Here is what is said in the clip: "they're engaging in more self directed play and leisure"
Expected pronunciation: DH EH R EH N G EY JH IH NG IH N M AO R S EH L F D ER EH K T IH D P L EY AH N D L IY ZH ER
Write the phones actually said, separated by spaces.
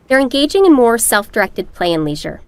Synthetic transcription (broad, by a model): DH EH R EH N G EY JH IH NG IH N M AO R S EH L F D ER EH K T IH D P L EY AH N L IY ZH ER